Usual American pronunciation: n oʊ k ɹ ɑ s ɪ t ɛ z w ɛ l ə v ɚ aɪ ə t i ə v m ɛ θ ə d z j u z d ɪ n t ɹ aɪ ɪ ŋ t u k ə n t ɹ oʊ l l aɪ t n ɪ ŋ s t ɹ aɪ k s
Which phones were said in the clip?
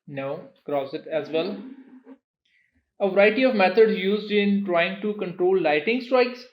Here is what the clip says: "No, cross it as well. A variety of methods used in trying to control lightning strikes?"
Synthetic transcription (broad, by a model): n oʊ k ɹ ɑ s ɪ t ɛ z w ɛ l ə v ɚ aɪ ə t i ə v m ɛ t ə d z j u z d ɪ n t ɹ aɪ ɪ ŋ t u k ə n t ɹ oʊ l l aɪ t ɪ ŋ s t ɹ aɪ k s